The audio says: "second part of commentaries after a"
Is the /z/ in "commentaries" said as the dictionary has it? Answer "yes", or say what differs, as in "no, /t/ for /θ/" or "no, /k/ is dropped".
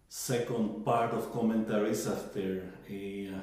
no, /s/ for /z/